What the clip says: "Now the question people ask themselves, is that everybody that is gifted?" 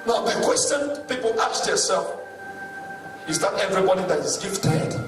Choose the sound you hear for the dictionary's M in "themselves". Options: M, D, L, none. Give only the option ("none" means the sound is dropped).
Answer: none